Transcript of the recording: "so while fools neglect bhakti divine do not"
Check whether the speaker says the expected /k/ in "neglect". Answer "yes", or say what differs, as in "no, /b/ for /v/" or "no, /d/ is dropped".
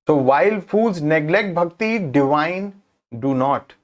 yes